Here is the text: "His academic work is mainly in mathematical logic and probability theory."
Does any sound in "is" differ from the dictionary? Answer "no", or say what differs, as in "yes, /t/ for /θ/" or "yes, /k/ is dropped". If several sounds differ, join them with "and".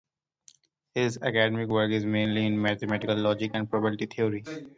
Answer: no